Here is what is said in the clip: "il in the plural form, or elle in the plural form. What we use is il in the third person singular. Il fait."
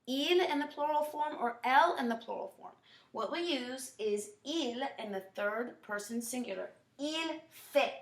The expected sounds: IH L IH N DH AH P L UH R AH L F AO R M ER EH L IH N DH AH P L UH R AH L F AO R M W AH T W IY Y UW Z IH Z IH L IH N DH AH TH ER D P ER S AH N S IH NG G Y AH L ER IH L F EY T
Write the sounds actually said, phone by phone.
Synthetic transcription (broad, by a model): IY L IH N DH AH P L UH R L F AO R M ER EH L IH N DH AH P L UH R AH L F AO R M W AH T W IY Y UW Z IH Z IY L IH N DH AH TH ER D P ER S AH N S IH NG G Y L ER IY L F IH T